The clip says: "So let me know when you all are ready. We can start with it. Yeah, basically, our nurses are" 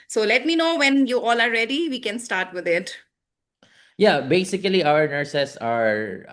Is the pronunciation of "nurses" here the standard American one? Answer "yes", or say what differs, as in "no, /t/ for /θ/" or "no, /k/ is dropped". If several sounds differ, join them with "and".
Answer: no, /s/ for /z/